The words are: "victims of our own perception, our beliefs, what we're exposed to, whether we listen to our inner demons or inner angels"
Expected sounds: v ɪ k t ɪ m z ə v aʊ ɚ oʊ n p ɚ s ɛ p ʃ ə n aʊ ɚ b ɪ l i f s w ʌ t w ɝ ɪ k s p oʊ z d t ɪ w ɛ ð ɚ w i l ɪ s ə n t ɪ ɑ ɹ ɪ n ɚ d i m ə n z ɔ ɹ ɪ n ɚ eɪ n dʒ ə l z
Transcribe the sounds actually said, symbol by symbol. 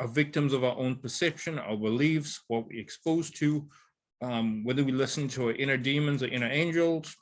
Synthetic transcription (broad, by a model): v ɪ k t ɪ m z ə v aʊ ɚ oʊ n p ɚ s ɛ p ʃ ə n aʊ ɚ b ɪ l i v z w ʌ t w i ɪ k s p oʊ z t ɪ w ɛ ð ɚ w i l ɪ s n t ɪ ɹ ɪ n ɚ d i m ə n z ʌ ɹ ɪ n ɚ eɪ n dʒ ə l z